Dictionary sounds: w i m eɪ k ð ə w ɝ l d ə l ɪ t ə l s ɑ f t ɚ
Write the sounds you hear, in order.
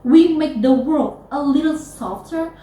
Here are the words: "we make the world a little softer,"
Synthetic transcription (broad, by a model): w i m eɪ k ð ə w ɝ l d ə l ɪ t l s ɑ f t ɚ